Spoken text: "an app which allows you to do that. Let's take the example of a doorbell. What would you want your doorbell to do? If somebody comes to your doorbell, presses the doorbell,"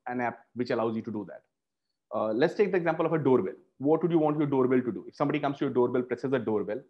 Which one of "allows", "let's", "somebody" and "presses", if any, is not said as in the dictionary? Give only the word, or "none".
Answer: none